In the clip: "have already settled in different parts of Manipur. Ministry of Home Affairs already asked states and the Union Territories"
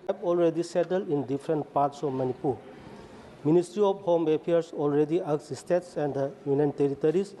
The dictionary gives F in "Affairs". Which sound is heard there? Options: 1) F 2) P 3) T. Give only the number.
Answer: 2